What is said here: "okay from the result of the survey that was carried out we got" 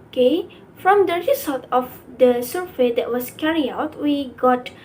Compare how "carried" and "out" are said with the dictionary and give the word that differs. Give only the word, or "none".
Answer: carried